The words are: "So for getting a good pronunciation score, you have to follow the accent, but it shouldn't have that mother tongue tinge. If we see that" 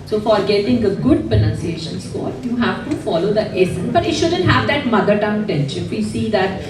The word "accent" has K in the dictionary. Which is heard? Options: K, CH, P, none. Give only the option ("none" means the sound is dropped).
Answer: none